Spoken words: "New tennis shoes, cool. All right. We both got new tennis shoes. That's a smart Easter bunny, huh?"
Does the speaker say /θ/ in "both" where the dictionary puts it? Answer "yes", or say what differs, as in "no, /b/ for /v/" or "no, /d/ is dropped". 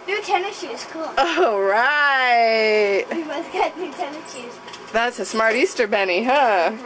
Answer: no, /s/ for /θ/